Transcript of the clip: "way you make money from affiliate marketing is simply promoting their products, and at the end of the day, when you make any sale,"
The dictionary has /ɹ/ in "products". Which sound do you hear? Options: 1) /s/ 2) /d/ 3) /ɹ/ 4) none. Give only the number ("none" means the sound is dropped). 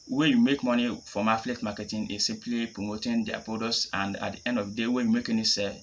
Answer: 4